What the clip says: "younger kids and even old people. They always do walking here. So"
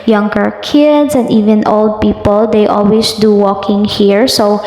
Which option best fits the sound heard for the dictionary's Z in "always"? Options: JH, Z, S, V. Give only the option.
S